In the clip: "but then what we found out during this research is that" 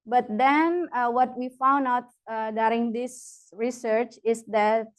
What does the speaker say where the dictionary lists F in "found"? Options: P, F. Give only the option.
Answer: F